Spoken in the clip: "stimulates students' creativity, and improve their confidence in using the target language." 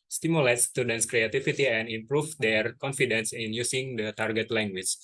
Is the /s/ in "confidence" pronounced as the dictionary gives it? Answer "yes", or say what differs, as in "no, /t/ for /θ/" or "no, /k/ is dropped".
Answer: yes